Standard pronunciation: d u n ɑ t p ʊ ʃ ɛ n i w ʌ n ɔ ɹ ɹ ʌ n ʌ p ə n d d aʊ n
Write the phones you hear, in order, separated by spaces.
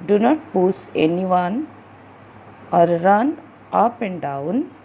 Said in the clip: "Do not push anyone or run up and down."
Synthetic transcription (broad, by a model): d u n ɑ t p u s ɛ n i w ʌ n ɔ ɹ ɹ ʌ n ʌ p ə n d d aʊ n